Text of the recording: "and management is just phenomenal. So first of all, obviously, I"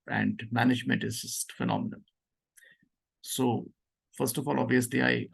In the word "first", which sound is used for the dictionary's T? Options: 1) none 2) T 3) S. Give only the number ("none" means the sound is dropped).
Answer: 2